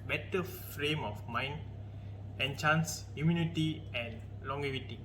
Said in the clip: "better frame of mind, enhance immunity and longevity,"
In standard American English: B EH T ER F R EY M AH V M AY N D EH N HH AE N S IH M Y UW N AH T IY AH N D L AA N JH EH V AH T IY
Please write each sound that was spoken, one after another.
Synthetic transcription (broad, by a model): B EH T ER F R EY M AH F M AY N D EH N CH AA N S IH M Y UW N AH T IY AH N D L AA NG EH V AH T IY